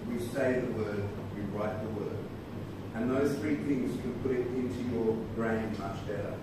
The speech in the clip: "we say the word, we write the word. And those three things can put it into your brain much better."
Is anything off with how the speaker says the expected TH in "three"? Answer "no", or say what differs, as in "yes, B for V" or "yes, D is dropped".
no